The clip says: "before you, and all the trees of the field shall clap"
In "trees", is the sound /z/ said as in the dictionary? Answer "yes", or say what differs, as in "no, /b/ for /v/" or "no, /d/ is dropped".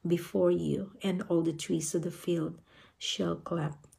no, /s/ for /z/